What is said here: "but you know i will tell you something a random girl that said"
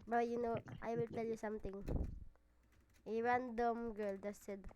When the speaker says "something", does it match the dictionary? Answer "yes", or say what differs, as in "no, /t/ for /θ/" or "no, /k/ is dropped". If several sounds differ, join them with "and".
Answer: no, /t/ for /θ/